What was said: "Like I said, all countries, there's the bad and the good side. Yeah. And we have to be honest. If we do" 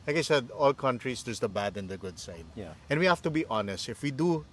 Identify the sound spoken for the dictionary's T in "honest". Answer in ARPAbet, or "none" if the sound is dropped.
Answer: T